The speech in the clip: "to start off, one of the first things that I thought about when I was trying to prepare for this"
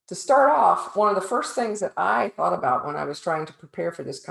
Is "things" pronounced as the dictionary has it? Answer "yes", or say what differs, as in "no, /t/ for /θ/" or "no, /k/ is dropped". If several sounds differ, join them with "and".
yes